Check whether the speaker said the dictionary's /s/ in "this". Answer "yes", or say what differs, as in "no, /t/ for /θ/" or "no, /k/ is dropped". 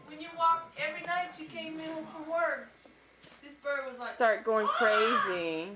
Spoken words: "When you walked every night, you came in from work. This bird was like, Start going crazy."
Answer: yes